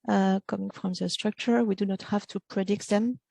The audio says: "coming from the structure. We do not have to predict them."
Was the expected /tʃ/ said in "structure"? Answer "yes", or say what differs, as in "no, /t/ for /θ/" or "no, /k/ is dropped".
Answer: yes